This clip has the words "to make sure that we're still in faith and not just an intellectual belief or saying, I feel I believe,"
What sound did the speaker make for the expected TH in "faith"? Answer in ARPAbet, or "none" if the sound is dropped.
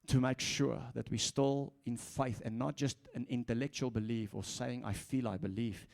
TH